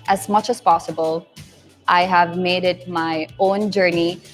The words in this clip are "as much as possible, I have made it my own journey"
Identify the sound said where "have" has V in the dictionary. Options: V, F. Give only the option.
V